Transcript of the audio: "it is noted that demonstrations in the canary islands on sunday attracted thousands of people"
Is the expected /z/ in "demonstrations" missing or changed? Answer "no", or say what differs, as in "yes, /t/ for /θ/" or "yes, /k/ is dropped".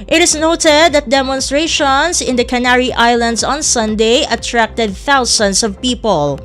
yes, /s/ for /z/